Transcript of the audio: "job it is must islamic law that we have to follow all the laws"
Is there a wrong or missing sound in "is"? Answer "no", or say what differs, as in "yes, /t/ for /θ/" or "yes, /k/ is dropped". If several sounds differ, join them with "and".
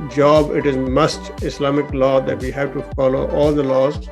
no